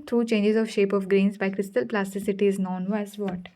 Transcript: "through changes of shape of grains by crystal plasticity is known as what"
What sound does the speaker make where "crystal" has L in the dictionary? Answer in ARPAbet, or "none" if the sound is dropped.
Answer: L